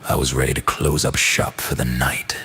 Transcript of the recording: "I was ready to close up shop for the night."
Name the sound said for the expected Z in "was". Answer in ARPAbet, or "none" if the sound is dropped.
Z